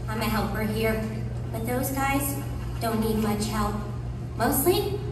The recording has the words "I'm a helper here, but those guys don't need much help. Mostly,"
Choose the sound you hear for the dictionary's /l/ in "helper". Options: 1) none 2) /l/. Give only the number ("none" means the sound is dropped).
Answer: 2